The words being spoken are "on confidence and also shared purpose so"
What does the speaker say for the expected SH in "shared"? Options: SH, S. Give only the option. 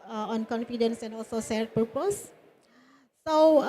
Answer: S